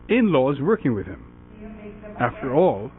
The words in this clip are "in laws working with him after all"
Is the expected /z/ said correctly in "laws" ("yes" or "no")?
yes